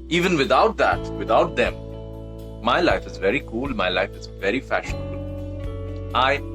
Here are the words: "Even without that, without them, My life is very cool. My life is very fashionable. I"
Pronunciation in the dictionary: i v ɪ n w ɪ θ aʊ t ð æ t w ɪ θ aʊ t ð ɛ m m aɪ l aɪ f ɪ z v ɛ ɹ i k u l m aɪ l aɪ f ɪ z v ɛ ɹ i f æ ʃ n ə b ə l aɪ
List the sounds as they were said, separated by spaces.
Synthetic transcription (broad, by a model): i v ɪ n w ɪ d aʊ t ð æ t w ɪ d aʊ t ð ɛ m m aɪ l aɪ f ɪ z v ɛ ɹ i k u l m aɪ l aɪ f ɪ z v ɛ ɹ i f æ ʃ n ə b ə l aɪ